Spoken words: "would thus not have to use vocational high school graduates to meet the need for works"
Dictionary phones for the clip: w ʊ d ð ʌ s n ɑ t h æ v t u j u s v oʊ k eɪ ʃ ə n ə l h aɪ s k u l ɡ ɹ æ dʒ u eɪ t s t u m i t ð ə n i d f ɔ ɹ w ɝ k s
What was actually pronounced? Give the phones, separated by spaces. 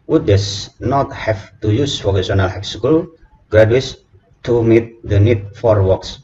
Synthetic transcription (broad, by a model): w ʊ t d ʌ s n ɑ t h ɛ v t u j u s f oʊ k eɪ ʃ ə n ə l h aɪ s k u l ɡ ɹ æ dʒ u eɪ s t u m i t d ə n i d f ɔ ɹ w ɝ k s